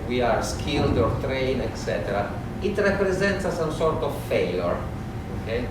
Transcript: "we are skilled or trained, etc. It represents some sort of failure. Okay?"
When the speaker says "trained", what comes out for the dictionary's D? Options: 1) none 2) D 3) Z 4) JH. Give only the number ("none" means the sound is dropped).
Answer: 1